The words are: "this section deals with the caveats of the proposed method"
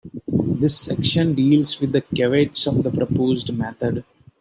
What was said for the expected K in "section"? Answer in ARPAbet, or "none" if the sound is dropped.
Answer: K